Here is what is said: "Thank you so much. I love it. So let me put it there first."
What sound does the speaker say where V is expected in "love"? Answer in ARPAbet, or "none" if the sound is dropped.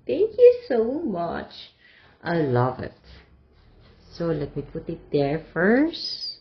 V